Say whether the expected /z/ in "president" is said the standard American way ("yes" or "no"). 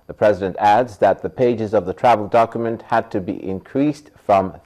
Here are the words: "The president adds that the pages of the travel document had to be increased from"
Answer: yes